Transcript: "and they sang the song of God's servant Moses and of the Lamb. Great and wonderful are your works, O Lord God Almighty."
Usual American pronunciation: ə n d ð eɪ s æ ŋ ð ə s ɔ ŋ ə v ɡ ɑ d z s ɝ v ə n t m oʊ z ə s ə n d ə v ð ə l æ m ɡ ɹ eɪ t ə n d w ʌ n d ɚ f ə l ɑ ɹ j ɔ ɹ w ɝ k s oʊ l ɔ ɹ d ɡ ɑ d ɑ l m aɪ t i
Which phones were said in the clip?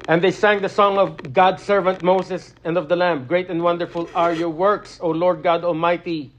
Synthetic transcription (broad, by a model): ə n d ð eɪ s æ ŋ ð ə s ɔ ŋ ə v ɡ ɑ d s ɝ v ə n t m oʊ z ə s ə n d ə v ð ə l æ m ɡ ɹ eɪ t ə n d w ʌ n d ɚ f ə l ɑ ɹ j ɔ ɹ w ɝ k s oʊ l ɔ ɹ d ɡ ɑ d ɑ l m aɪ t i